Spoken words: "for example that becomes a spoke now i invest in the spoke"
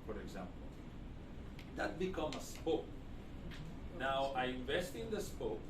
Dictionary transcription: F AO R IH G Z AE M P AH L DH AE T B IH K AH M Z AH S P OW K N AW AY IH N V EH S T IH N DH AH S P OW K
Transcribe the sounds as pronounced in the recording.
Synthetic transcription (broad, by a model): F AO R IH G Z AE M P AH L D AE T B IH K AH M AH S P OW K N AW AY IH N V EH S T IH N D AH S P OW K